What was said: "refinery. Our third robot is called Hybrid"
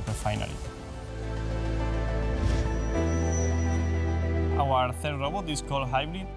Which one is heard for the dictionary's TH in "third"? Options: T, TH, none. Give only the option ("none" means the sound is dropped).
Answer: TH